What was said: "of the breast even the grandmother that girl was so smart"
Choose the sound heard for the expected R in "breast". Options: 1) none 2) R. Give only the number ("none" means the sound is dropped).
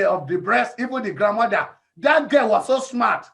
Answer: 2